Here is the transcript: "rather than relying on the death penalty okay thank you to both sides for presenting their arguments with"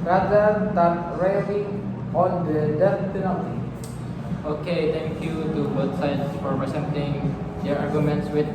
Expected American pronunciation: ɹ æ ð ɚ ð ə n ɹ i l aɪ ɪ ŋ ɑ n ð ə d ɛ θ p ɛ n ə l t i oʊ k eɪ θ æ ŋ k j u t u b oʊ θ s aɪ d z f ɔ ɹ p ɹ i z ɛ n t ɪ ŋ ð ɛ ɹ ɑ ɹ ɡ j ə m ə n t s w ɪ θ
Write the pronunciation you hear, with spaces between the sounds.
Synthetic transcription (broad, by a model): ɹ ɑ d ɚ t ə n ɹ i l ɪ ɑ n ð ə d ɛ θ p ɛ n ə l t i oʊ k eɪ t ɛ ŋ k j u t u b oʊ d s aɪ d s f ɔ ɹ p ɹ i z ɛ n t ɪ ŋ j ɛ ɹ ɑ ɹ ɡ j ə m ə n t s w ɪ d